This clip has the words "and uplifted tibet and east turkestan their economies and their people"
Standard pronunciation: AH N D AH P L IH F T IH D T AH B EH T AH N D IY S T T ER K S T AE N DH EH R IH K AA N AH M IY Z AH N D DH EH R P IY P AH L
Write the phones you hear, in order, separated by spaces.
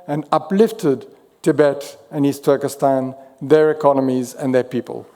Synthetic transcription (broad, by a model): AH N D AH P L IH F T IH D T AH B EH T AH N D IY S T T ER K S T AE N DH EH R IH K AA N AH M IY Z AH N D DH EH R P IY P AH L